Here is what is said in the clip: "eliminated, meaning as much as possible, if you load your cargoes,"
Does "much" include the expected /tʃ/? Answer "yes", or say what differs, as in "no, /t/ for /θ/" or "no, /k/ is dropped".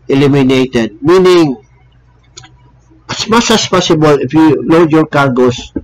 no, /s/ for /tʃ/